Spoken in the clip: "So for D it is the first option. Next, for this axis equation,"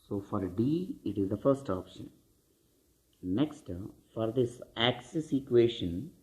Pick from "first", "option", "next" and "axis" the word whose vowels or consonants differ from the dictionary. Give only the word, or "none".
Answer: none